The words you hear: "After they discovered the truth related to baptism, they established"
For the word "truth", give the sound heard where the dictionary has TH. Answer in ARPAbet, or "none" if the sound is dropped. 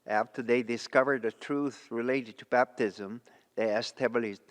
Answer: TH